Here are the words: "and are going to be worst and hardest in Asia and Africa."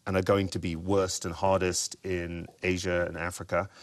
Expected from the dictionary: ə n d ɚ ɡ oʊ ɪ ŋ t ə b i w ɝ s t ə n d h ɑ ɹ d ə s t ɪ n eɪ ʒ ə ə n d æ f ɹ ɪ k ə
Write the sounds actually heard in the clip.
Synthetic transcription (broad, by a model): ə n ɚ ɡ oʊ ɪ ŋ t ə b i w ɝ s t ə n h ɑ ɹ d ə s t ɪ n eɪ ʒ ə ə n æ f ɹ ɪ k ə